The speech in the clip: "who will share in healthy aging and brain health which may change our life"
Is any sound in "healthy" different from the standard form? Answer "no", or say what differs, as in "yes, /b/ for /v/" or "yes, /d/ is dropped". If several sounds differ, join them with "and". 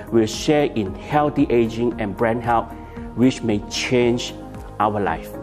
yes, /t/ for /θ/